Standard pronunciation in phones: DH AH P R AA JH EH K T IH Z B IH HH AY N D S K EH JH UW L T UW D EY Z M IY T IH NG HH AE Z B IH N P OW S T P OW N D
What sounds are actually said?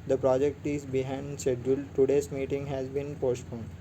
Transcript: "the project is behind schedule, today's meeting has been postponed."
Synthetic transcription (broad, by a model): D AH P R AA JH EH K T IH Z B IH HH AY N D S EH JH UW L T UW D EY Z M IY T IH NG HH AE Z B IH N P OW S T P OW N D